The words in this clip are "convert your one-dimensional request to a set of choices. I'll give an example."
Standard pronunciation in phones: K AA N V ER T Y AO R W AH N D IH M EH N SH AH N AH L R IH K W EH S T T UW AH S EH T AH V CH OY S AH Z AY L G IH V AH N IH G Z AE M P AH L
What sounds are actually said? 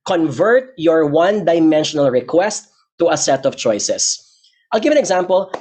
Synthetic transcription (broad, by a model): K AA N V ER T Y AO R W AH N D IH M EH N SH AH N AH L R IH K W EH S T T UW AH S EH T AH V CH OY S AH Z AY L G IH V AH N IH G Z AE M P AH L